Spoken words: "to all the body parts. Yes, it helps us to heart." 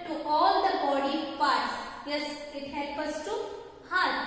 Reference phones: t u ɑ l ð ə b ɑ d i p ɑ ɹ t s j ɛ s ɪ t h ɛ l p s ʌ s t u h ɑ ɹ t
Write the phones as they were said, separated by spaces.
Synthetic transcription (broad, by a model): t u ɑ l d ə b ɑ d i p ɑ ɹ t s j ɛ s ɪ t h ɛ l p ʌ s t u h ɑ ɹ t